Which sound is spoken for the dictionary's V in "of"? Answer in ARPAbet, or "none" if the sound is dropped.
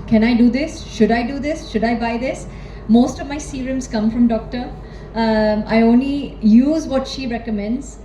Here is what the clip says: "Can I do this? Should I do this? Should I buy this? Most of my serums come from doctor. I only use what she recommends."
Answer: V